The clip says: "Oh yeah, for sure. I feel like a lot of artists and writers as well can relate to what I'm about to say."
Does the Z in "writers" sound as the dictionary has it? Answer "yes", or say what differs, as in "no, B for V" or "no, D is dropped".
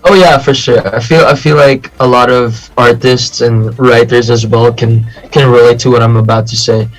yes